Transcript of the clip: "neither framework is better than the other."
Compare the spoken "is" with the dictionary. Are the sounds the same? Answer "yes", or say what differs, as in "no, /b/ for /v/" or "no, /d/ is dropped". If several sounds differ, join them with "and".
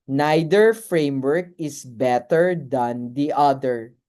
no, /s/ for /z/